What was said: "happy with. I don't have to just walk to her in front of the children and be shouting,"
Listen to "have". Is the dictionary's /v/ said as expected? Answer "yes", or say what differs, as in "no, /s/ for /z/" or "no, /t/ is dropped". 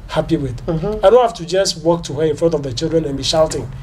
no, /f/ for /v/